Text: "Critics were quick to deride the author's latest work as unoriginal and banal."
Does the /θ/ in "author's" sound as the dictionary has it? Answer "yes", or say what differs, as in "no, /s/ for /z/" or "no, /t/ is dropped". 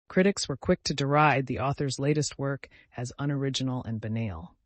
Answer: yes